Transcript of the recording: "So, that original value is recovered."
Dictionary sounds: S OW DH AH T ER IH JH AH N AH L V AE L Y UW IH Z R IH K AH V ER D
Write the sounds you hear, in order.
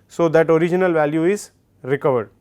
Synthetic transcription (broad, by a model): S OW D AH T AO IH JH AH N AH L V AE L Y UW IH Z R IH K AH V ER D